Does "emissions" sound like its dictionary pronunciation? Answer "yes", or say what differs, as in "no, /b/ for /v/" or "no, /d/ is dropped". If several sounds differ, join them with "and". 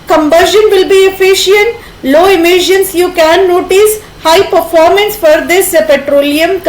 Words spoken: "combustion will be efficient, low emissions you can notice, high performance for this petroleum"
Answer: no, /s/ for /z/